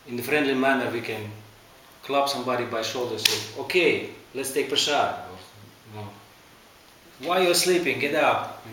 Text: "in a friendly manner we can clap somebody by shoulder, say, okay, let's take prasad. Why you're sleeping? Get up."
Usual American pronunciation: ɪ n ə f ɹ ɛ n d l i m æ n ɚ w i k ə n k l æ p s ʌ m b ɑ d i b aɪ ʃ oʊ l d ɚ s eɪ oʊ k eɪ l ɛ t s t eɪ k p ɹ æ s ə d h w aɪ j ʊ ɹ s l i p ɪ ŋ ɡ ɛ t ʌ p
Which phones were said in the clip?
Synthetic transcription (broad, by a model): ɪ n ə f ɹ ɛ n d l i m æ n ɚ w i k ə n k l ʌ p s ʌ m b ɑ d i b aɪ ʃ oʊ l d ɚ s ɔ oʊ k eɪ l ɛ t s t eɪ k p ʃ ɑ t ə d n w aɪ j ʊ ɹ s l i p ɪ ŋ ɡ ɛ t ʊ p